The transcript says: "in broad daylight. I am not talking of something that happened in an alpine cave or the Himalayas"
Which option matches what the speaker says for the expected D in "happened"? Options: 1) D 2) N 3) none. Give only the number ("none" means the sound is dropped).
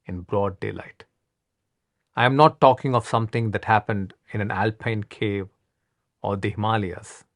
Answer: 1